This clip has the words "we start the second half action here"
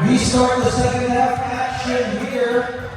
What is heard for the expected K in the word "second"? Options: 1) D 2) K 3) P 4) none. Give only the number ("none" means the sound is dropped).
4